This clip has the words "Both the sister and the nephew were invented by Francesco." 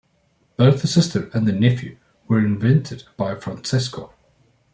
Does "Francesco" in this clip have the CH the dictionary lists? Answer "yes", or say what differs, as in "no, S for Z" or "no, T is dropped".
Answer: no, S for CH